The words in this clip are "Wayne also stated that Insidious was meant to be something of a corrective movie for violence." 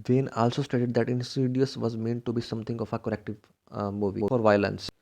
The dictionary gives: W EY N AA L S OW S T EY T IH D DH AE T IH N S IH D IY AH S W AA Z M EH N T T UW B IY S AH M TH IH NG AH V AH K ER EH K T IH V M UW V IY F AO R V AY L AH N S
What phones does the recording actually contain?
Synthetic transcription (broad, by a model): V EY N AA L S OW S T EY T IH D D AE T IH N S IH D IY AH S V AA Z M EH N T T UW B IY S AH M T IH NG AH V AH K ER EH K T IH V M UW V IY F AO R V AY L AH N S